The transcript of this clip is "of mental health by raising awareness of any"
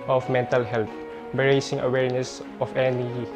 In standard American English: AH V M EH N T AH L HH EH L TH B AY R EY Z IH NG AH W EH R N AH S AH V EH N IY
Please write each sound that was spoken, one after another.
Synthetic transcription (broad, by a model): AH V M EH N T AH L HH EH L T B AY R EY S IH NG AH W EH R N AH S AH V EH N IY